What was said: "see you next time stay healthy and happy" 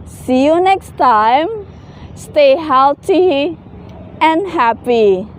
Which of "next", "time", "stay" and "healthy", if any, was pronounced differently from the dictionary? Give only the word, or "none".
healthy